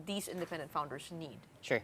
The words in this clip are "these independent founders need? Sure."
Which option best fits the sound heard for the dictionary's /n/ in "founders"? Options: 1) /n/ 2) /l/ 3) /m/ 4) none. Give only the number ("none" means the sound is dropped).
1